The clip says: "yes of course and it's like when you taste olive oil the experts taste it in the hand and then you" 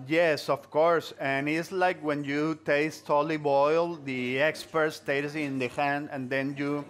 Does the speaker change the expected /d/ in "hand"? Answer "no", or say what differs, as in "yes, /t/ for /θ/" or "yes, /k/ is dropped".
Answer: no